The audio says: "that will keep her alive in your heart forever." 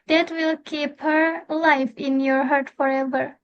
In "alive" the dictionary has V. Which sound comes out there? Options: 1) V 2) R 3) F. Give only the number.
3